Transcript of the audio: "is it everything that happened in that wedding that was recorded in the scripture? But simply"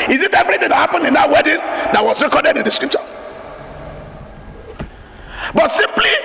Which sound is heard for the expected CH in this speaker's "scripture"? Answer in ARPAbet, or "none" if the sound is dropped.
SH